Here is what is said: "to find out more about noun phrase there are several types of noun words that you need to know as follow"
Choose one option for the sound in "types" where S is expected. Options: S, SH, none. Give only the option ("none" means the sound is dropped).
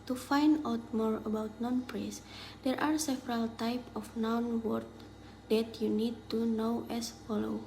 none